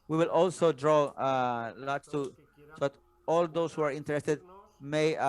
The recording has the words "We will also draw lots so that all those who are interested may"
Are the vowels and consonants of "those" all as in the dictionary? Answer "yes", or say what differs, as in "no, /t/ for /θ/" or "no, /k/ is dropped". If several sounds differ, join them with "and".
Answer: no, /s/ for /z/